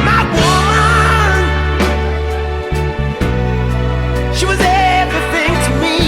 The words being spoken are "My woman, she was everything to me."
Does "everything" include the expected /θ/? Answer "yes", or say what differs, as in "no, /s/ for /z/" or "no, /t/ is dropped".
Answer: yes